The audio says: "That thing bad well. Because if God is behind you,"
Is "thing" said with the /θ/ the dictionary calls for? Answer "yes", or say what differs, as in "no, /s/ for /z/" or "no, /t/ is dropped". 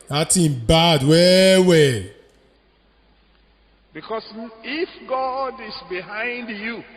no, /t/ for /θ/